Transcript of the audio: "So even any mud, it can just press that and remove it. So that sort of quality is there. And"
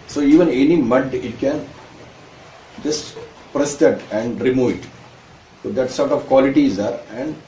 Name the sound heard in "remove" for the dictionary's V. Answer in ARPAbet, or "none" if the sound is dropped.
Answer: V